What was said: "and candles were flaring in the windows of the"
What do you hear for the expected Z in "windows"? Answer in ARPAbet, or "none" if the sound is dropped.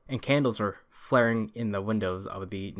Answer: Z